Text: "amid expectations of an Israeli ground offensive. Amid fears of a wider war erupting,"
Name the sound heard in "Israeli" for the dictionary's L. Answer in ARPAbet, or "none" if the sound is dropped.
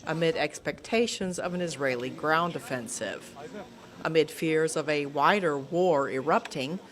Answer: L